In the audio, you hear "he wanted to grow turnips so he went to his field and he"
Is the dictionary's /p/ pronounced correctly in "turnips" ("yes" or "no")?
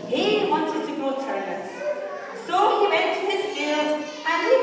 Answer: no